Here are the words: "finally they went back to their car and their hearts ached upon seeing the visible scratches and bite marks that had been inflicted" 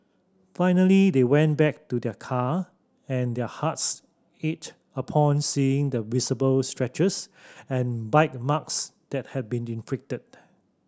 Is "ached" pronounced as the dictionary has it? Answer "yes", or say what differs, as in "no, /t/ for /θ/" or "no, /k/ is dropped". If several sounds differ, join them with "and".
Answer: no, /k/ is dropped